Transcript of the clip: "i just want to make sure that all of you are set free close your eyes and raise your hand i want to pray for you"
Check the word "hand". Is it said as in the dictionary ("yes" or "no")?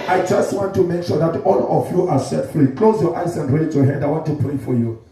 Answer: no